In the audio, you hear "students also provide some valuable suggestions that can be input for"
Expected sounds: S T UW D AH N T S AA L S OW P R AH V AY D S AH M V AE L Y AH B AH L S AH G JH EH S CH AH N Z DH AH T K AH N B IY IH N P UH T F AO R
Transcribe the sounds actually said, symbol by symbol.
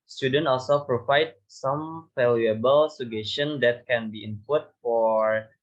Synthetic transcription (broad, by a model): S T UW D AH N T AA L S OW P R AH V AY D S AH M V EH L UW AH B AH L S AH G EH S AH N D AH T K AH N B IY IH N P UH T F AO R